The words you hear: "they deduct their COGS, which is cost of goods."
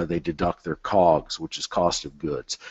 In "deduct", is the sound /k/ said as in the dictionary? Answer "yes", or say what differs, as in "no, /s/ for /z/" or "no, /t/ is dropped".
yes